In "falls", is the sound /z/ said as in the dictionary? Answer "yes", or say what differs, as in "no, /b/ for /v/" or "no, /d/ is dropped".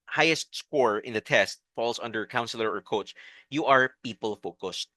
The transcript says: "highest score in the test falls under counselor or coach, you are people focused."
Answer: no, /s/ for /z/